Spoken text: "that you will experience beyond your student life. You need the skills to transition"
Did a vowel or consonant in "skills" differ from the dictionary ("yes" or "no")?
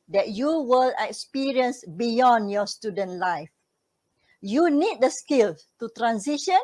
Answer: yes